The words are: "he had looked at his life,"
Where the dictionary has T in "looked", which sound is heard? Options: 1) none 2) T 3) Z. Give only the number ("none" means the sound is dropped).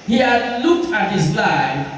2